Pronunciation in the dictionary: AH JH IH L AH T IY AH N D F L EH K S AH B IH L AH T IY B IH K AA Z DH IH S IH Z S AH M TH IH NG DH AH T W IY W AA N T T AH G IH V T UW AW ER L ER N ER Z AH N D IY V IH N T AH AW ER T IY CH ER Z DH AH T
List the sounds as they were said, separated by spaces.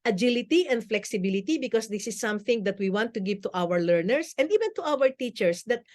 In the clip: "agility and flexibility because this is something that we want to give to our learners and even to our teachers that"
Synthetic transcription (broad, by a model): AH JH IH L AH T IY AH N D F L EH K S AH B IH L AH T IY B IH K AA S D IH S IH S AH M TH IH NG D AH T W IY W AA N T T AH G IH V T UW AW ER L ER N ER S AH N D IY V IH N T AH AW ER T IY CH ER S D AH T